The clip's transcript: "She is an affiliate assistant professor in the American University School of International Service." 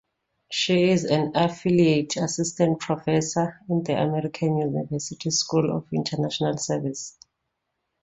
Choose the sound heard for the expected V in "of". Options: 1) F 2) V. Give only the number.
1